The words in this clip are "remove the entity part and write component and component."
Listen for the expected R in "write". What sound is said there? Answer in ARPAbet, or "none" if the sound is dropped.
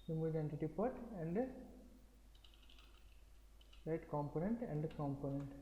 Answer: L